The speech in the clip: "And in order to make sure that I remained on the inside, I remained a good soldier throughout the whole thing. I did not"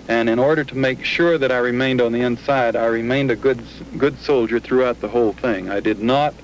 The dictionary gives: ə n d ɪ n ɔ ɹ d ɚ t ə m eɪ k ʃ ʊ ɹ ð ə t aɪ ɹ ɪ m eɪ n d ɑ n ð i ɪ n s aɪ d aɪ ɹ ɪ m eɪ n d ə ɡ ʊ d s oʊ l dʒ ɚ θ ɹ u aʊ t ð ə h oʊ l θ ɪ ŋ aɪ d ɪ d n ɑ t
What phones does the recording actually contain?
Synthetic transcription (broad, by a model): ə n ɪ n ɔ ɹ d ɚ t ə m eɪ k ʃ ʊ ɹ ð ə t aɪ ɹ ɪ m eɪ n d n ð i ɪ n s aɪ d aɪ ɹ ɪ m eɪ n d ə ɡ ʊ d s oʊ l dʒ ɚ θ ɹ u aʊ t ð ə h oʊ l θ ɪ ŋ aɪ d ɪ d n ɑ t